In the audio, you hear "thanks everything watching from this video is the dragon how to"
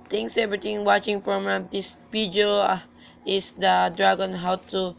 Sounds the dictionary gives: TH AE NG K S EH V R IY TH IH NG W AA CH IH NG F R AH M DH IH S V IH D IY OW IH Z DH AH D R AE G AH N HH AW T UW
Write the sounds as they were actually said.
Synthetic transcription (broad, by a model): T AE NG K S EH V R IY T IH NG W AA CH IH NG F R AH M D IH S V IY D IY OW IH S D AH D R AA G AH N HH AW T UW